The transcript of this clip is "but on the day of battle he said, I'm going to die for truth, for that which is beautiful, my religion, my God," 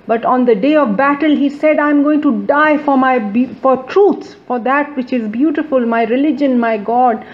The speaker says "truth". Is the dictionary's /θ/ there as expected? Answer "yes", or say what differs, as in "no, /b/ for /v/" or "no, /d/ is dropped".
no, /s/ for /θ/